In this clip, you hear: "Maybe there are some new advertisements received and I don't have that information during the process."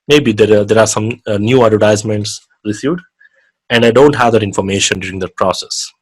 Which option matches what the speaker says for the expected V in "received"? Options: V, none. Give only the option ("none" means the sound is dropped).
none